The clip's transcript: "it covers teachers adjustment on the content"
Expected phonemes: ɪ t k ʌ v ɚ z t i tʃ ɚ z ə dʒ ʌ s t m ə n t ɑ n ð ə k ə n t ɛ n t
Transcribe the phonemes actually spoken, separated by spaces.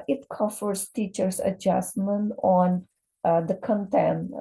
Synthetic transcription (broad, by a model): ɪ t k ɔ f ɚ s t i tʃ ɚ s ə dʒ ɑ s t m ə n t ɑ n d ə k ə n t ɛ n